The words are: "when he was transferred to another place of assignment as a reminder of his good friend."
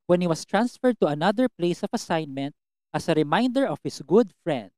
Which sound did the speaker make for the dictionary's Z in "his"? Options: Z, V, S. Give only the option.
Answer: S